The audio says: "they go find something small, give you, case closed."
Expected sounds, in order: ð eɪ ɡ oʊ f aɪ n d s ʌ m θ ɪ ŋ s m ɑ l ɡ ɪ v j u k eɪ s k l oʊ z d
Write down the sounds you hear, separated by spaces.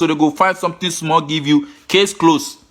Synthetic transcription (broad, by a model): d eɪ ɡ oʊ f aɪ n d s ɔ m t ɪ s m ɑ l ɡ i v j u k eɪ s k l oʊ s